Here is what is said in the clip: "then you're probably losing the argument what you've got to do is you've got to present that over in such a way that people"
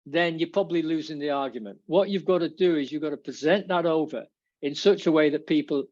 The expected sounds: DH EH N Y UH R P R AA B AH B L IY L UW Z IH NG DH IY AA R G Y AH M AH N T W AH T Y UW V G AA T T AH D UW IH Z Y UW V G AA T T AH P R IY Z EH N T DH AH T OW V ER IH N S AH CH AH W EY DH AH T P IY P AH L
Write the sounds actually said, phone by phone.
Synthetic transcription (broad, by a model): DH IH N Y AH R P R AA B AH B L IY L UW Z IH NG DH IY AA R G Y AH M AH N T W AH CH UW V G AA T T AH D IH IH Z Y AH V G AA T T AH P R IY Z EH N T DH AH T OW V ER IH N S AH CH AH W EY DH AH T P IY P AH L